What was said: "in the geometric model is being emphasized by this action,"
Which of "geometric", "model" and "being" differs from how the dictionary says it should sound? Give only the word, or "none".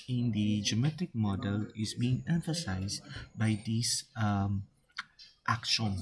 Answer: geometric